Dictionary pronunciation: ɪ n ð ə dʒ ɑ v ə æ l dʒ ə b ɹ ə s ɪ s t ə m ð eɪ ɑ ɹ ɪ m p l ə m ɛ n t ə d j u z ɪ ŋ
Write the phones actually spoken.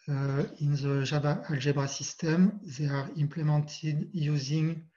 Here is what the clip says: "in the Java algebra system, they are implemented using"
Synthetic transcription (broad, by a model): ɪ n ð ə ʒ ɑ b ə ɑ l ʒ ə b ɹ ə s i s t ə m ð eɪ ɑ ɹ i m p l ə m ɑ n t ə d j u z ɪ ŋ